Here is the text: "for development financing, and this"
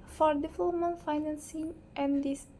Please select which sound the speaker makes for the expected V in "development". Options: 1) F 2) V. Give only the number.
1